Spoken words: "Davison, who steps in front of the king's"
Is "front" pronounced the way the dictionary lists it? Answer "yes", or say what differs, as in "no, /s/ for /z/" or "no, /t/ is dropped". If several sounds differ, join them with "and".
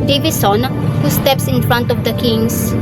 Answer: yes